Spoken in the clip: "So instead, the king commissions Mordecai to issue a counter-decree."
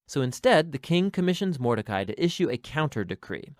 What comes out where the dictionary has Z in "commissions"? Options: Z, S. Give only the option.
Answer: Z